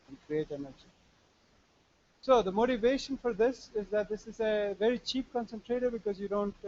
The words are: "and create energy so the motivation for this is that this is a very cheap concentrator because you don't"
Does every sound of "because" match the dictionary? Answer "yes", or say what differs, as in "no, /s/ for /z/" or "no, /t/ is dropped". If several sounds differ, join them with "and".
yes